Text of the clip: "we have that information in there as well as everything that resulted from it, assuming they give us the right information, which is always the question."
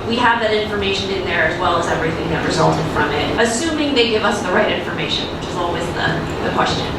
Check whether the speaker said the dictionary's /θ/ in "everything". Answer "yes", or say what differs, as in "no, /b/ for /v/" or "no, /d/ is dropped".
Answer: yes